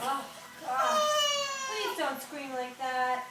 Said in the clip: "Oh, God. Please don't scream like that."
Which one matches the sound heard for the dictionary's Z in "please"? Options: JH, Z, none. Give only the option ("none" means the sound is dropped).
none